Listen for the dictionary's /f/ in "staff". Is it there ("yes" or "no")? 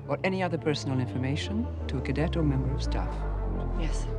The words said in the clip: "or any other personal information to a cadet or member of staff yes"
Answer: yes